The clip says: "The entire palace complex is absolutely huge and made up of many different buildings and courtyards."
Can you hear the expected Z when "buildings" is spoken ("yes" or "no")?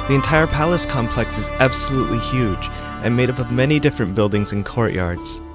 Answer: yes